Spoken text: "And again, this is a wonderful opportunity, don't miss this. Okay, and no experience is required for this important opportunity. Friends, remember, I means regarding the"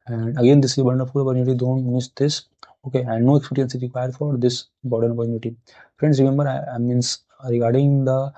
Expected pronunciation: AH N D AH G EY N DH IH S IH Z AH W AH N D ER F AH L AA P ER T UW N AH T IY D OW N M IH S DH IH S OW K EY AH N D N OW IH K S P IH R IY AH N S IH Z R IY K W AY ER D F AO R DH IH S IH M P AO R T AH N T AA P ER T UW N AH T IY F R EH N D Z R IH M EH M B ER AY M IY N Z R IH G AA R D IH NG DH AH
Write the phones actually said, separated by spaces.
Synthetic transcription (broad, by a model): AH N D AH G EY N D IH S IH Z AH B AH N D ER P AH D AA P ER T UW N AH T IY D OW N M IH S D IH S OW K EY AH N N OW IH K S P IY R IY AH N S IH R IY K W AY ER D F AO R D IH S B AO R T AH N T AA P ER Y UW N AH T IY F R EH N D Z R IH M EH M B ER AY M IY N S R IH G AA R D IH NG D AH